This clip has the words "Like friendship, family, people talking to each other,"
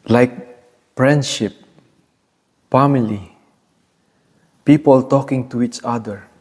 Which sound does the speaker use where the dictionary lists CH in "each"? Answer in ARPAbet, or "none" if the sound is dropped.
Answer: CH